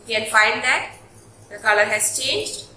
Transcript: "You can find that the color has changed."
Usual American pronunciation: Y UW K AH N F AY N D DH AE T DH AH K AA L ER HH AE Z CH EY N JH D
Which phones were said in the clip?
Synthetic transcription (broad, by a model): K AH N F AY N D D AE T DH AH K AA L ER HH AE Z CH EY N JH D